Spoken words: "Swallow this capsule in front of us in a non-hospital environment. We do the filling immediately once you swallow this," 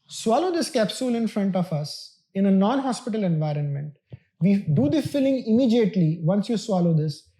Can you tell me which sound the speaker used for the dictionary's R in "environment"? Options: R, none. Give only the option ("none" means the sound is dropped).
R